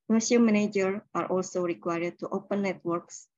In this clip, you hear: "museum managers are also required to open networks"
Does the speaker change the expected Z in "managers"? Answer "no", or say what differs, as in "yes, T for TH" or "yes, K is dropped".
yes, Z is dropped